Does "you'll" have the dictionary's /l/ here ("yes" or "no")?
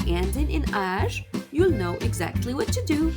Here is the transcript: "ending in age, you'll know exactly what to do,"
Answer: yes